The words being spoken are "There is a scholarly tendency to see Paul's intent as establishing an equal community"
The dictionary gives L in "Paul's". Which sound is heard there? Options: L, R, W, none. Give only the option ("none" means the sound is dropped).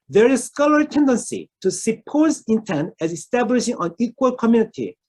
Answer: none